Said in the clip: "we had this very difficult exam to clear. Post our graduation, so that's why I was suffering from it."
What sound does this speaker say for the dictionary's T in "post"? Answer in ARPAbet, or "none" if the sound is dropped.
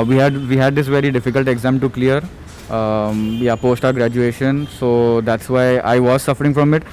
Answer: T